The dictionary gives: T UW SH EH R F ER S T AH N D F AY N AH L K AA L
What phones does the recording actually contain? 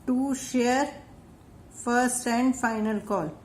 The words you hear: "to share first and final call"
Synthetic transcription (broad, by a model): T UW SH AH R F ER S T AH N D F AY N AH L K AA L